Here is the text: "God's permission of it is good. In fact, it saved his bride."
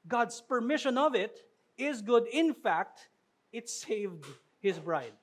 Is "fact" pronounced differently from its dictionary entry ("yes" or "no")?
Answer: no